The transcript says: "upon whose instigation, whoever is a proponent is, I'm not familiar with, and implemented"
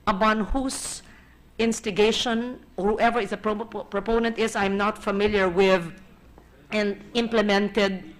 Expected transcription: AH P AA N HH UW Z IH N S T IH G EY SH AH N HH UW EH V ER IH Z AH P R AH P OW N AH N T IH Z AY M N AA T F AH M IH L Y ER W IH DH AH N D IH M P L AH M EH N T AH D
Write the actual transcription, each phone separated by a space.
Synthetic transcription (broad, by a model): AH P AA N HH UW S IH N S T IH G EY SH AH N HH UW EH V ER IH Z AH P R AH P OW N AH N T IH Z AY M N AA T F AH M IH L Y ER W IH DH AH N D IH M P L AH M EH N T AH D